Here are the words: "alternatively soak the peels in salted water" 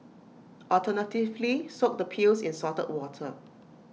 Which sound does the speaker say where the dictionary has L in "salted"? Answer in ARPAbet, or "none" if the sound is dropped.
none